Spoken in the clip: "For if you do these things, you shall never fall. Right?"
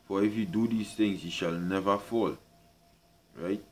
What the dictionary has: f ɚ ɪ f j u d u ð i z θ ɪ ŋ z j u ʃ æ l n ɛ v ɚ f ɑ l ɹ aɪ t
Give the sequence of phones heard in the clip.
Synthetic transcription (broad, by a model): f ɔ ɪ f j u d u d i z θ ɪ ŋ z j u ʃ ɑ l n ɛ v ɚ f ɑ l ɹ aɪ t